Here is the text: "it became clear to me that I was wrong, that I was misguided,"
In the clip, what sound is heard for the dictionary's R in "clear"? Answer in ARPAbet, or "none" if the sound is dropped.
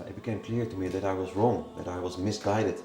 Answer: R